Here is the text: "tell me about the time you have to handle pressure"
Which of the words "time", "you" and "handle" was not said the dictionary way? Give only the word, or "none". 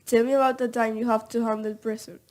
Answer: handle